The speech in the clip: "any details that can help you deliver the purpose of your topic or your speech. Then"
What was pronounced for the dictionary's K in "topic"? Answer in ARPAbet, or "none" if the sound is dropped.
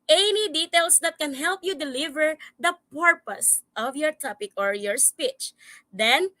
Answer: K